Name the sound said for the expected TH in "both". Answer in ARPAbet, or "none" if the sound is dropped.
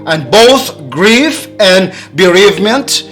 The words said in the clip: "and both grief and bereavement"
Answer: TH